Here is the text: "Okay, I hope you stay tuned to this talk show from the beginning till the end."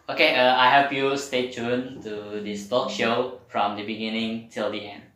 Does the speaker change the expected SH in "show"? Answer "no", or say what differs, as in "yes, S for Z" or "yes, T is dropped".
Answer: no